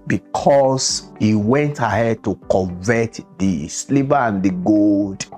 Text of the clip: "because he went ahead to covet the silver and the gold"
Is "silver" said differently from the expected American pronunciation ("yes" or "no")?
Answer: yes